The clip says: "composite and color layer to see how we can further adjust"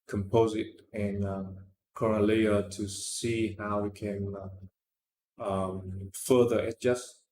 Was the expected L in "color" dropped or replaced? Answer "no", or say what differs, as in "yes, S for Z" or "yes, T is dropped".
yes, N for L